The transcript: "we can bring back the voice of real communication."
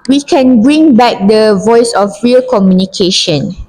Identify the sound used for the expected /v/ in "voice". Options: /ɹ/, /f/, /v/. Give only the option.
/v/